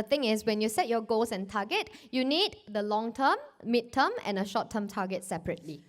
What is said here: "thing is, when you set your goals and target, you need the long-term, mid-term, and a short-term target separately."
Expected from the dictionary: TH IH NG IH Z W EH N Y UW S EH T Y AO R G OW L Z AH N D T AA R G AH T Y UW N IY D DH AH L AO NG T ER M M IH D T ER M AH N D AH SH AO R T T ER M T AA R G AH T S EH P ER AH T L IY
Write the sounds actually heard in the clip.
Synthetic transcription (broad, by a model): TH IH NG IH S W EH N Y UW S EH T Y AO G OW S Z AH N T AA G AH T Y UW N IY D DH AH L AO NG T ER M M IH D T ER M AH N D AH SH AO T T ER M T AA G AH T S EH P ER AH T L IY